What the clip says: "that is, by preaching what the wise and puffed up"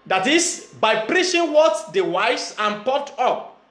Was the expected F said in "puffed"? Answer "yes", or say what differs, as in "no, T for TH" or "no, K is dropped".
no, F is dropped